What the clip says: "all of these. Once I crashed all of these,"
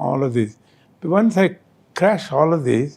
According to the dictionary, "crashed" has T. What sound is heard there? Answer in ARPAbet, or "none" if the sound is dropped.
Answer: none